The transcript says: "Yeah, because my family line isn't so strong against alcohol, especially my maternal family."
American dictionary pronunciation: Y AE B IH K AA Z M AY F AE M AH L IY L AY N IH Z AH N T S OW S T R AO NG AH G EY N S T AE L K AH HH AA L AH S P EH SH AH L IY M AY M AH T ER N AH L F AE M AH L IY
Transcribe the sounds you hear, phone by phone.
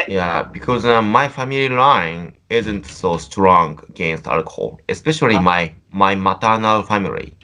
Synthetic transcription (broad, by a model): Y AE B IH K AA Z M AY F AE M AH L IY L AY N IH Z AH N T S OW S T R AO NG AH G EY N S T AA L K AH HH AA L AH S P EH SH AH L IY M AY M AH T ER N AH L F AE M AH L IY